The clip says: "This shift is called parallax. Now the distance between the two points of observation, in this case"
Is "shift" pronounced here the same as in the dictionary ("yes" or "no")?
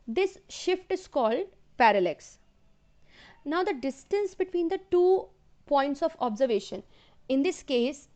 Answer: yes